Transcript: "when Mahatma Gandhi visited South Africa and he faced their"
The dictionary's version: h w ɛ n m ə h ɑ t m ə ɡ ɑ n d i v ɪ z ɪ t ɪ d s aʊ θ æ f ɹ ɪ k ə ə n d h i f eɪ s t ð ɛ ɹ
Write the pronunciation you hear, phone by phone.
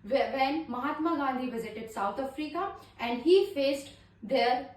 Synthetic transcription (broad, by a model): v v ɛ n m ə h ɑ t m ə ɡ ɑ n d i v ɪ z ɪ t ɪ d s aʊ t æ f ɹ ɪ k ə ə n d h i f eɪ s t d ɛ ɹ